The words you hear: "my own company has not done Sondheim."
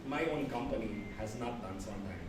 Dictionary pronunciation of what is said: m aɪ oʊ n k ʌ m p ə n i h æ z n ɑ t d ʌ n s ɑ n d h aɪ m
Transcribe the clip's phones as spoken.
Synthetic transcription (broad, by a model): m aɪ oʊ n k ʌ m p ə n i h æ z n ɑ t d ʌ n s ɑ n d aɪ